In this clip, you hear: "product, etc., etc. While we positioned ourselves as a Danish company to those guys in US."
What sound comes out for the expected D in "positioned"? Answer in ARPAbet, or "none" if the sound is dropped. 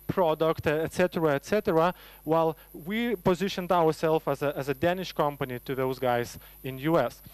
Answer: D